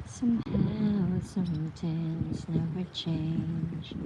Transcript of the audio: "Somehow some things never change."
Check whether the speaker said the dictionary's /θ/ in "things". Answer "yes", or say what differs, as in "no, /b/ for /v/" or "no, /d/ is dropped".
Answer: no, /t/ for /θ/